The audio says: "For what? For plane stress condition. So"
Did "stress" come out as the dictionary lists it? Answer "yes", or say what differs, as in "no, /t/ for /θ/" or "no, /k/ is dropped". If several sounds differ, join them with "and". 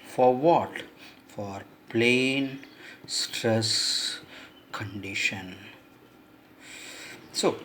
yes